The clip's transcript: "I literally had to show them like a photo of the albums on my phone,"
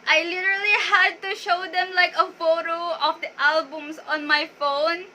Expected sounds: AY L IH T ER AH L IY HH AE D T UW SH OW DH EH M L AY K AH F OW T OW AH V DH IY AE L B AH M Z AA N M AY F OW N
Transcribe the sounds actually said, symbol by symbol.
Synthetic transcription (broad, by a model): AY L IH T ER AH L IY HH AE D T UW SH OW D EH M L AY K AH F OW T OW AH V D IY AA L B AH M S AA N M AY F OW N